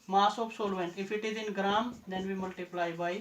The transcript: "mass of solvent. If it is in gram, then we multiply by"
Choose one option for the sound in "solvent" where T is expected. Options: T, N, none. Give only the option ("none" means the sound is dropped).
none